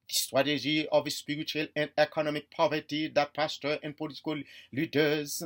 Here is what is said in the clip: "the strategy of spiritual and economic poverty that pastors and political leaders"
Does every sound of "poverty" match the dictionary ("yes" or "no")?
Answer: yes